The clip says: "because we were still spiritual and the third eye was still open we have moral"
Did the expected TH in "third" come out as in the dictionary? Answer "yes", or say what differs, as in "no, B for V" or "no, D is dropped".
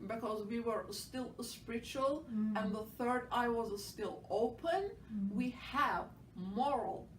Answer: yes